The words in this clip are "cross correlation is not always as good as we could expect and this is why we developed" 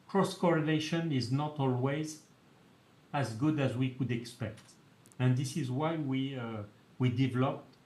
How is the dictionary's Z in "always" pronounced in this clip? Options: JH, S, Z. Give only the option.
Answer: Z